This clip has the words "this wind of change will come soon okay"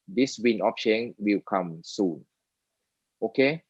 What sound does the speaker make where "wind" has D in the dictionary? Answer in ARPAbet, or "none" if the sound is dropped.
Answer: none